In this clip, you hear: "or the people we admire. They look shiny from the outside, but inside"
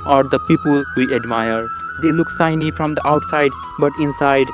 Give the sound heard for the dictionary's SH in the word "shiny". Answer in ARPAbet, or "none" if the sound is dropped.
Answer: S